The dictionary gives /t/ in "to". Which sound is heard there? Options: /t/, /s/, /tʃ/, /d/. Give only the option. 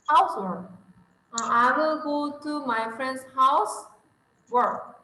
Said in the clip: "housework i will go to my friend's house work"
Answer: /t/